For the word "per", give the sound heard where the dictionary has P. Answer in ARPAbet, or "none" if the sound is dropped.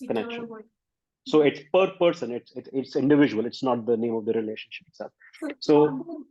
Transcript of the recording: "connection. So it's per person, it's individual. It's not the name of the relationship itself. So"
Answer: P